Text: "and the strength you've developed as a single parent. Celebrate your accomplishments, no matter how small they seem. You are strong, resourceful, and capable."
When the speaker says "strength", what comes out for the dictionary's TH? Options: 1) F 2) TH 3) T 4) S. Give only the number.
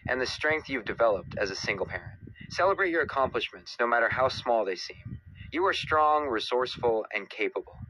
2